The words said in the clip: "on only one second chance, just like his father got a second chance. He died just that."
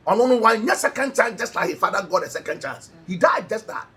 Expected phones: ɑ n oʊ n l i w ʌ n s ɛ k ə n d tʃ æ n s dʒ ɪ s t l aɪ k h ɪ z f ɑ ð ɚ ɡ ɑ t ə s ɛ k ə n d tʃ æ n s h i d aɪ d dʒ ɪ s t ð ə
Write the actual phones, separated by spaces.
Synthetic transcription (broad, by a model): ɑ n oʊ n i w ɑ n s ɛ k ə n d tʃ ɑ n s dʒ ɪ s t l aɪ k h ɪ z f ɑ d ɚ ɡ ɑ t ə s ɛ k ə n d tʃ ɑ n s h i d aɪ d dʒ ɪ s t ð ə